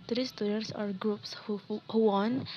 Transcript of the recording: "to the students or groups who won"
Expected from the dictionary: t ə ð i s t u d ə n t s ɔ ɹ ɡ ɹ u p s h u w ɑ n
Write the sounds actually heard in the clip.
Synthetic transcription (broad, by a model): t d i s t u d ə t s ɔ ɹ ɡ ɹ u p s h u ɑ n